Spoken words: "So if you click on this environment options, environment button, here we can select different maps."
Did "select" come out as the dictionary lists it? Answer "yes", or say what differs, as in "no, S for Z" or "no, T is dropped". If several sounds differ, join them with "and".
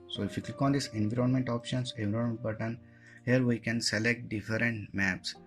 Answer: yes